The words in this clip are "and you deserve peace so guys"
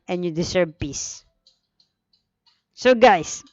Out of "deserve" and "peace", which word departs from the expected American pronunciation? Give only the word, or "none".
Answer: deserve